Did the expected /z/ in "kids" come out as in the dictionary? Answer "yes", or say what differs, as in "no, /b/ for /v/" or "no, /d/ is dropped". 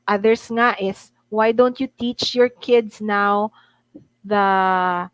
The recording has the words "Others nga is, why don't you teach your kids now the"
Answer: no, /s/ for /z/